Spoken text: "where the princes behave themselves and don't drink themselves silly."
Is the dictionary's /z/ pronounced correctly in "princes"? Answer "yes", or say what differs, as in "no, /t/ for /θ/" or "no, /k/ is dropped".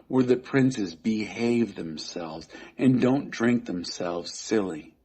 yes